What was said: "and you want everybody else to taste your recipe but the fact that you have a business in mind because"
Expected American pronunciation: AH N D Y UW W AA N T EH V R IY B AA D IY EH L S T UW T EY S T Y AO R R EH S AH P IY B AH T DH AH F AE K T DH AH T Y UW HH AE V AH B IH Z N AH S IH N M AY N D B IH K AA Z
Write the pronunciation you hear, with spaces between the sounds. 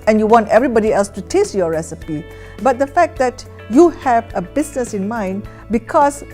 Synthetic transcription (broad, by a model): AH N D Y UW W AA N T EH V R IY B AA D IY EH L S T UW T EY S T Y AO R R EH S AH P IY B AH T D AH F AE K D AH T Y UW HH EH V AH B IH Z N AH S IH N M AY N B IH K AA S